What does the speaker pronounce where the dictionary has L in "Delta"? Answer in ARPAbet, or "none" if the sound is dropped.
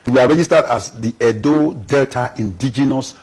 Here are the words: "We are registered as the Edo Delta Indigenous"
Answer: L